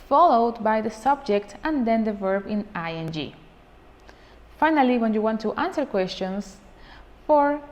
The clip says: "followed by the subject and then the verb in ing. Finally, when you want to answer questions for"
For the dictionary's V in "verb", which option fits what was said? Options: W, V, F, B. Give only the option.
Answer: V